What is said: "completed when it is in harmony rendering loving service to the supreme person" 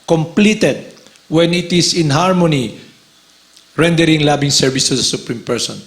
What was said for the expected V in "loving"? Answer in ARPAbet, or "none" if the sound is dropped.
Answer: B